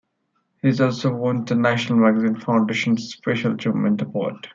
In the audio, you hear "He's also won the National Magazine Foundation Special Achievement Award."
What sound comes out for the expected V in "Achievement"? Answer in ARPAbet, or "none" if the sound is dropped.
none